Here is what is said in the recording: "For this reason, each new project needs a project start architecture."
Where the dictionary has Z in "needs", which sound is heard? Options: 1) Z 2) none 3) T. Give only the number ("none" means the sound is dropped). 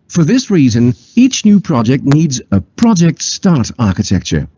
1